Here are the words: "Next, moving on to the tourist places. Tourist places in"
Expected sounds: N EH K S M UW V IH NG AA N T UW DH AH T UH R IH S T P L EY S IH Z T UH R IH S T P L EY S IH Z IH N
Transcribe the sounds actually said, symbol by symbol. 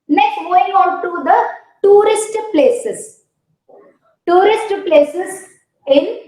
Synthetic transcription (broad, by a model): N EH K S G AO IH NG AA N T UW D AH T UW R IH S T P L EY S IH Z T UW R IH S T P L EY S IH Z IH N